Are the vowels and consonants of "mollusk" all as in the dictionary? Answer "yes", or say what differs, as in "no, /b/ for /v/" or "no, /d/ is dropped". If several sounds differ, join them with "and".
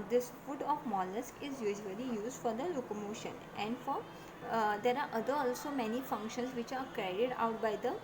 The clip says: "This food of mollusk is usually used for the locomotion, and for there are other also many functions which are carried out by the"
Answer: yes